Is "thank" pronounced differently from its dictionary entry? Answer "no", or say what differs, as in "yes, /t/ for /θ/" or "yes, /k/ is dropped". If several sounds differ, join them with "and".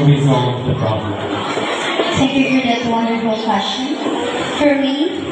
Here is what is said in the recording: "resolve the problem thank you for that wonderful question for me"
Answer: yes, /t/ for /θ/ and /ŋ/ is dropped